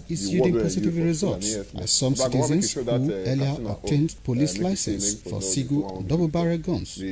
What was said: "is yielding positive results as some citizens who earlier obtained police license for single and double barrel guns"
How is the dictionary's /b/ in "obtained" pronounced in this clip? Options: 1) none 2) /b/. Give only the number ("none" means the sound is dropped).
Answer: 1